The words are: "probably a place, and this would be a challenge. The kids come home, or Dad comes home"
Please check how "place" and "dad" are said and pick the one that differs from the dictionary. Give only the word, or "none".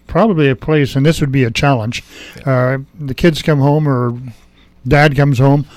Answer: none